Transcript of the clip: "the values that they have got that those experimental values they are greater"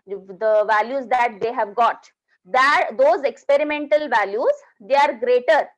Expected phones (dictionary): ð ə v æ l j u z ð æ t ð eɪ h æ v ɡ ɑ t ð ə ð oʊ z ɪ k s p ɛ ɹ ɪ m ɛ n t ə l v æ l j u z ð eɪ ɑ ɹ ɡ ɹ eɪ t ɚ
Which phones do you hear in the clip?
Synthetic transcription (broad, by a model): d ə v æ l j u z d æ t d eɪ h æ v ɡ ɑ t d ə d oʊ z ɪ k s p ɛ ɹ ɪ m ɛ n t ə l v æ l j u z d eɪ ɑ ɹ ɡ ɹ eɪ t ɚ